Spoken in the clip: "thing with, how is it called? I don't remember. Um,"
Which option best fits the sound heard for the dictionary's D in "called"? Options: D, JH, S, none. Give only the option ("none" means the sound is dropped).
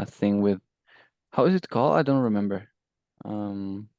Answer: none